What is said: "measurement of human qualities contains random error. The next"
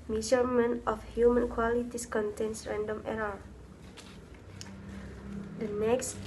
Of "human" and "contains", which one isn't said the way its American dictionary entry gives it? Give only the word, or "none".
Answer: contains